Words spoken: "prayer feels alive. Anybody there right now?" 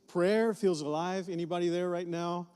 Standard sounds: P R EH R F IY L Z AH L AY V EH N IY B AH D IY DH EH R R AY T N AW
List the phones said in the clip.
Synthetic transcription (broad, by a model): P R EH R F IY L Z AH L AY V EH N IY B AH D IY DH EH R R AY T N AW